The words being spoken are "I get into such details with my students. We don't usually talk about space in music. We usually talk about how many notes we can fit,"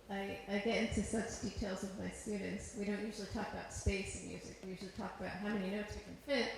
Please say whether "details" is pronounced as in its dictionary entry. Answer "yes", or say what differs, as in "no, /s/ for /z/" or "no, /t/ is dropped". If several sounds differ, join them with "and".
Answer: yes